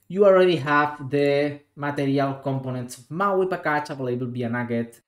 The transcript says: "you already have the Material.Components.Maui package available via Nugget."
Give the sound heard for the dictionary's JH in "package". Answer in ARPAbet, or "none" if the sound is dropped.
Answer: CH